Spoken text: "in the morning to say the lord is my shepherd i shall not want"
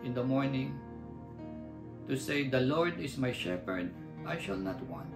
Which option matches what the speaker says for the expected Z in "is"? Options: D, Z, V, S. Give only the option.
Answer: S